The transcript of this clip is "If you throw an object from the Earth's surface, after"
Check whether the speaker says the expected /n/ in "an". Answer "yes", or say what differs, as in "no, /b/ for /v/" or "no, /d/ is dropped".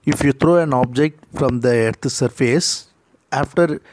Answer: yes